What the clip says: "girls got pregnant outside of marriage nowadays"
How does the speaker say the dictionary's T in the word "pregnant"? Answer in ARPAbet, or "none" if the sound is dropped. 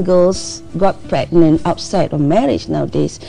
none